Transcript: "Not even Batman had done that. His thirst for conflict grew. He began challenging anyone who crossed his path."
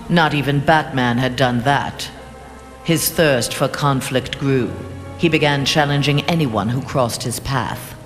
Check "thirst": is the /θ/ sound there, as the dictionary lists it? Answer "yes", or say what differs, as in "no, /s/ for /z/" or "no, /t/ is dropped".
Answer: yes